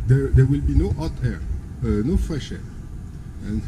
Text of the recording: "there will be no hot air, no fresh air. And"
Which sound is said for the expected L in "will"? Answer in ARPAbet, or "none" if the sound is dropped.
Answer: L